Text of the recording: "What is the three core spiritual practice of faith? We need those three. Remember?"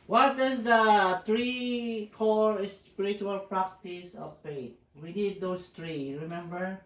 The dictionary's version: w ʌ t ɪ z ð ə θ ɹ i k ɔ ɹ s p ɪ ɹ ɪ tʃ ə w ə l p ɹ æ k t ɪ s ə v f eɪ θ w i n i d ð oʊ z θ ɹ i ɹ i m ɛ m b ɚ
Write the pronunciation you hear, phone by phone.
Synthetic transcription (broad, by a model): w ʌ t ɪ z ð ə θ ɹ i k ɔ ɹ s p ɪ ɹ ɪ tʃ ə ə l p ɹ æ k t ɪ s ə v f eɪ t w i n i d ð oʊ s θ ɹ i ɹ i m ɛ m b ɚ